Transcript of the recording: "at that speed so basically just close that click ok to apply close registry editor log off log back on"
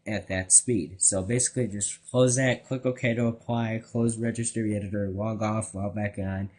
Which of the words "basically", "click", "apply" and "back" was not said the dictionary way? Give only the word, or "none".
none